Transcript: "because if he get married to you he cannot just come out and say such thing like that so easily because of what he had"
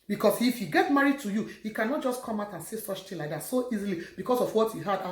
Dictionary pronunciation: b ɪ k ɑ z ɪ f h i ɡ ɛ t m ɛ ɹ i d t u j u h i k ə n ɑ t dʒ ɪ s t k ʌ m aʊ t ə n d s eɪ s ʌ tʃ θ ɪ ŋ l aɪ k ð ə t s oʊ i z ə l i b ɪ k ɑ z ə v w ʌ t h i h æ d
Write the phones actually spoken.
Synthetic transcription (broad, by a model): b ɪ k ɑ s ɪ f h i ɡ ɛ t m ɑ ɹ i d t u j u h i k ə n ɑ t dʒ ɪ s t k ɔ m aʊ t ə n s eɪ s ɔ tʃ t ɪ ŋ l aɪ k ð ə t s oʊ i z ə l i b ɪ k ɑ s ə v w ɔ t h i h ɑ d